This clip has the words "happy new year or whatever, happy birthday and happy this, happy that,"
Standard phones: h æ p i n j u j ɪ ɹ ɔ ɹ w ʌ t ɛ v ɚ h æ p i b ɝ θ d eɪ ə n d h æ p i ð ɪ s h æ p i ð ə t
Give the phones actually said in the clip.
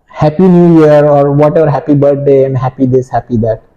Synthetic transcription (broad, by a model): h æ p i n j u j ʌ ɹ ɔ ɹ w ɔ t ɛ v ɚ h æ p i b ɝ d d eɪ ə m h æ p i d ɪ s h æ p i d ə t